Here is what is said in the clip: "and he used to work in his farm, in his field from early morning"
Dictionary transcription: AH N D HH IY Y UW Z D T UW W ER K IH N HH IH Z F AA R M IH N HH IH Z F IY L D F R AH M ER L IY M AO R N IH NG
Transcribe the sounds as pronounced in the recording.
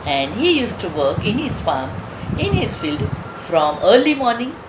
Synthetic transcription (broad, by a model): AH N D HH IY Y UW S T UW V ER K IH N HH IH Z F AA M IH N HH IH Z F IY L D F R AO M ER L IY M AO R N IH NG